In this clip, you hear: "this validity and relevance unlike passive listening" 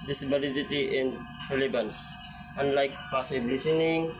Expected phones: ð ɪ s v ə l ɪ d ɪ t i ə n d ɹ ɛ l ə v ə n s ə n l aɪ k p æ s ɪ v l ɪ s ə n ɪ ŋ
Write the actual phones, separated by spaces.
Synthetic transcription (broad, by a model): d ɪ s b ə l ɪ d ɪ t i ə n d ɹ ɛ l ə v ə n s ə n l aɪ k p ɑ s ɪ b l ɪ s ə n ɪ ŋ